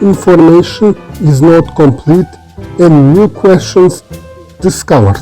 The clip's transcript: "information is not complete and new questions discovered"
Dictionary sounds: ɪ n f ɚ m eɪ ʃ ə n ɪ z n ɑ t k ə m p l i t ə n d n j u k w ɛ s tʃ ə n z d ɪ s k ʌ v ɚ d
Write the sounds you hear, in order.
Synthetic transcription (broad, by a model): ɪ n f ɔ m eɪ ʃ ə n ɪ z n ɑ t k ə m p l i t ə n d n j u k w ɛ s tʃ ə n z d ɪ s k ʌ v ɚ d